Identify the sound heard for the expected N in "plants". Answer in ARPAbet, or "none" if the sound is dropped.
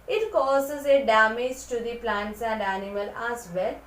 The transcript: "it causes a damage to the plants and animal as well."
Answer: N